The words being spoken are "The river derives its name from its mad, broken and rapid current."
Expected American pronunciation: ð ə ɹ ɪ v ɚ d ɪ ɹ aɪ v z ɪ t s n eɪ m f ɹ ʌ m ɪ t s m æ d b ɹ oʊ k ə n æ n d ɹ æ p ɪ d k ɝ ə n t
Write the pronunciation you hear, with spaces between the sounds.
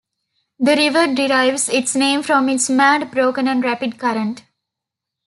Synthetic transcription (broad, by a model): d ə ɹ ɪ v ɚ d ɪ ɹ aɪ v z ɪ t s n eɪ m f ɹ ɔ m ɪ t s m æ d b ɹ oʊ k ə n æ n d ɹ æ p ɪ d k ɝ ə n t